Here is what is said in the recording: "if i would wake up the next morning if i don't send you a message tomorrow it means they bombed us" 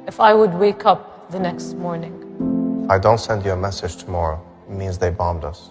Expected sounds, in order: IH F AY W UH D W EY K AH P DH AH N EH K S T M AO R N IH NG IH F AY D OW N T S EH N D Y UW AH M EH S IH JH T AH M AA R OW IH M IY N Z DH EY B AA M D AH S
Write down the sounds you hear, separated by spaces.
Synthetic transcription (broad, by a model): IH F AY W UH D W EY K AH P DH AH N EH K S T M AO R N IH NG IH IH D OW N T S EH N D Y UW AH M EH S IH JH T AH M AA R OW IH M IY N Z DH EY B AA M D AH S